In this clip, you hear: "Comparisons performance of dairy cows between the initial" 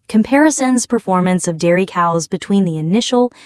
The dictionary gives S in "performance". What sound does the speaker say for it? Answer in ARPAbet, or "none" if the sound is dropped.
S